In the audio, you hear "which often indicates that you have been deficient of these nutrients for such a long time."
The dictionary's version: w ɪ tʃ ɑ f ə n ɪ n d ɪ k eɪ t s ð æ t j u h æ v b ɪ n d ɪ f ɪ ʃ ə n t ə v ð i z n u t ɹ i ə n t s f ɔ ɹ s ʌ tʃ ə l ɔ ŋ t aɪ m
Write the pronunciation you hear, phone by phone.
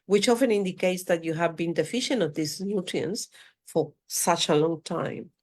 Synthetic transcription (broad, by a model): w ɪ tʃ ɑ f ə n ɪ n d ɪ k eɪ t s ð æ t j u h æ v b ɪ n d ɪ f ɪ ʃ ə n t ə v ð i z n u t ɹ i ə n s f ɔ ɹ s ʌ tʃ ə l ɔ ŋ t aɪ m